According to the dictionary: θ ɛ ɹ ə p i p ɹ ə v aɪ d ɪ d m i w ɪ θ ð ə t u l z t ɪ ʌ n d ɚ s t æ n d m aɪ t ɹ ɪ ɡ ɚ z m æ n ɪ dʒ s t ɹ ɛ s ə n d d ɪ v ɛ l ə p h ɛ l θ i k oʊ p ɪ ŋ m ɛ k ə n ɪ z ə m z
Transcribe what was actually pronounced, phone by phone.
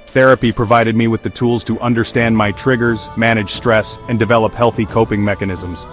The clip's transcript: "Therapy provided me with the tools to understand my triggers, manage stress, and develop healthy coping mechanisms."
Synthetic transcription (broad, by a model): θ ɛ ɹ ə p i p ɹ ə v aɪ d ɪ d m i w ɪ ð ə t u l z t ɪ ʌ n d ɚ s t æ n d m aɪ t ɹ ɪ ɡ ɚ z m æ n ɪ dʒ s t ɹ ɛ s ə n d d ɪ v ɛ l ə p h ɛ l θ i k oʊ p ɪ ŋ m ɛ k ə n ɪ z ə m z